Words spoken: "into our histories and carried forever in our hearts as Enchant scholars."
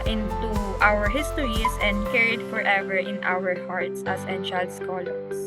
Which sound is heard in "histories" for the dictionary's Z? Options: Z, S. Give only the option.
S